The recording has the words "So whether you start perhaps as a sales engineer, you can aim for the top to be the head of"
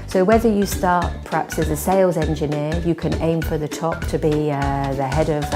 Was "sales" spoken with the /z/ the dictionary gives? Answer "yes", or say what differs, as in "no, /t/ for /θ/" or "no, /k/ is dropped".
yes